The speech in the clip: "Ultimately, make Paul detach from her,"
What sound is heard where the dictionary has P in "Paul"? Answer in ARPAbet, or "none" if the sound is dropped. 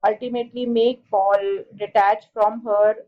B